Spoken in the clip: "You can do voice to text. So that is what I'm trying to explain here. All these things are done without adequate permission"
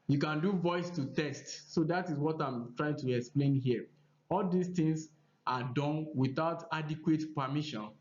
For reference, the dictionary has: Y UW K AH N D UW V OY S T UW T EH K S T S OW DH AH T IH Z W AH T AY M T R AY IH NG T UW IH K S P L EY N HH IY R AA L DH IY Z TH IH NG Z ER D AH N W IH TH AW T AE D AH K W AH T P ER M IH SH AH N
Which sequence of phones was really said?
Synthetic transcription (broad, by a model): Y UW K AH N D UW V OY S T UW T EH S T S OW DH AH T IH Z W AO T AY M T R AY IH NG T UW IH K S P L EY N HH IY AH AA L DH IY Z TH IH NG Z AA D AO N W IH TH AW T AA D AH K W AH T P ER M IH SH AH N